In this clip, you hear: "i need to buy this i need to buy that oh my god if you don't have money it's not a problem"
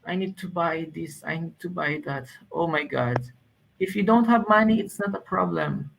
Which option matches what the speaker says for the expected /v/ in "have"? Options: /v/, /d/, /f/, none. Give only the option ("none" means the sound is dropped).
/v/